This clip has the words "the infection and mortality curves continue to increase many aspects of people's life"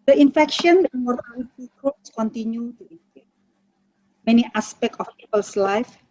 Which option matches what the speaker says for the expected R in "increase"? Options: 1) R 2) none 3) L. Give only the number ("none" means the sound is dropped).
2